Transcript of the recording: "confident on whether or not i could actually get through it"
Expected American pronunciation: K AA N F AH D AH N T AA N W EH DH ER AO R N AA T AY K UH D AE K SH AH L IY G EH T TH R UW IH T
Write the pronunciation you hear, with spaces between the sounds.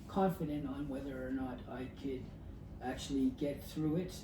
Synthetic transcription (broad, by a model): K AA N F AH D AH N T N W EH DH ER R N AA T AY K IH D AE K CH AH L IY G EH T TH R UW IH T